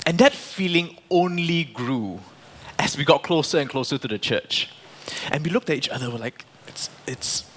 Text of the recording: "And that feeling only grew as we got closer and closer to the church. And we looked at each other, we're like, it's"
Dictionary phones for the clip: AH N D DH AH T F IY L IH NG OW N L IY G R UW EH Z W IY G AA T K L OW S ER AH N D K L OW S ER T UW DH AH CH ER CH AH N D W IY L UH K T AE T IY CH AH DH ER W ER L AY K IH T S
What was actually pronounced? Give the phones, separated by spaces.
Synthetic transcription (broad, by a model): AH N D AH T F IY L IH NG OW N L IY G R UW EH S W IY G AA T K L OW S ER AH N K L OW S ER T UW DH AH CH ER CH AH N W IY L UH K T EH T IY CH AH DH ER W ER L AY K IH T S